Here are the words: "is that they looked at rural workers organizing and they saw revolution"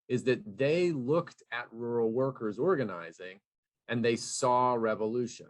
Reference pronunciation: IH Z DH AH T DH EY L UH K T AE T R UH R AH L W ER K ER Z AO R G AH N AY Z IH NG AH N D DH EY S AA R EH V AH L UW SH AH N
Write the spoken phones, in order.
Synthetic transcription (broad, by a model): IH Z DH AH T DH EY L UH K T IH T R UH R L W ER K ER Z AO R G AH N AY Z IH NG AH N DH EY S AA R EH V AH L UW SH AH N